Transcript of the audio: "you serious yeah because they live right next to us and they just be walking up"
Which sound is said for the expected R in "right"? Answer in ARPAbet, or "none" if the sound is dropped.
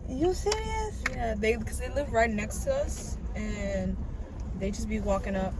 R